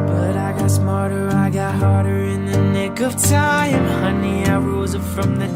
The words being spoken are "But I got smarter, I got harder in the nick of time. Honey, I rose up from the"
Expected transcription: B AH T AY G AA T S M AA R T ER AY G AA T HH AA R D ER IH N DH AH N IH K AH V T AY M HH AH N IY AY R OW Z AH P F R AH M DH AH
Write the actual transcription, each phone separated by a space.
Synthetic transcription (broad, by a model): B AH T AY G AA T S M AA R T ER AY G AA T HH AA R D ER IH N DH AH N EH K AH V T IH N HH AH N IY AY R OW Z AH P F R AH M DH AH